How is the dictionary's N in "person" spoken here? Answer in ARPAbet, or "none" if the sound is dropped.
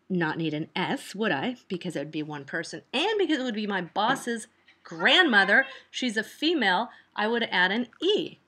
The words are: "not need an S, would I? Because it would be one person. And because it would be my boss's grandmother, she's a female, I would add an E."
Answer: N